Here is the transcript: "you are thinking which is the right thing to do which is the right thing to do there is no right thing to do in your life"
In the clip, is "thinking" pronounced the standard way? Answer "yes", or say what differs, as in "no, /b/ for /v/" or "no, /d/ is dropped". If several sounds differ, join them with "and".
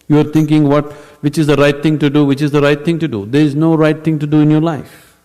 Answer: no, /t/ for /θ/